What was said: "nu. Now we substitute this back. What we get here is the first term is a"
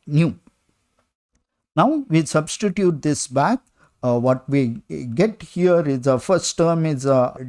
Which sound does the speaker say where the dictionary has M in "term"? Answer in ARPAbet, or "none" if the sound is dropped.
M